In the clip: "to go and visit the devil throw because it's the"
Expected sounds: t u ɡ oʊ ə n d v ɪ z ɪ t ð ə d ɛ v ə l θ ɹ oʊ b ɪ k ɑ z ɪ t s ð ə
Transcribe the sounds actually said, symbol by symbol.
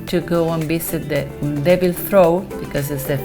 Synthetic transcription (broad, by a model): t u ɡ oʊ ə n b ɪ s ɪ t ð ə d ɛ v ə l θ ɹ oʊ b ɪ k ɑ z ɪ t s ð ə